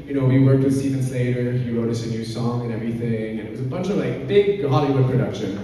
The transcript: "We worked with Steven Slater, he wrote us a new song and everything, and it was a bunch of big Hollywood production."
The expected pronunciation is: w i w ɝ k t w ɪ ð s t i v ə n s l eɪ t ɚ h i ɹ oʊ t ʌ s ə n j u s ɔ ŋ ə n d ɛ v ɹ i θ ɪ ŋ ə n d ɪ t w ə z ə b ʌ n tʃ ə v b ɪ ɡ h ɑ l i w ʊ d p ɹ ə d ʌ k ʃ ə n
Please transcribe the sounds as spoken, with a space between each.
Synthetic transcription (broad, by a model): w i w ɝ k t w ɪ ð s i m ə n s l eɪ t ɚ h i ɹ oʊ t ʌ s ə n j u s ɔ ŋ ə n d ɛ v ɹ i θ ɪ ŋ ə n ɪ t w ə z ə b ʌ n tʃ ə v b ɪ ɡ h ɑ l i w ʊ d p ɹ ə d ʌ k ʃ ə n